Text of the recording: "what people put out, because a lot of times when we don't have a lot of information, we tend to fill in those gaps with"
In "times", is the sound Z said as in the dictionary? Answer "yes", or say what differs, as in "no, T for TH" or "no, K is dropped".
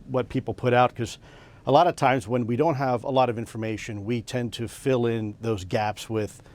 yes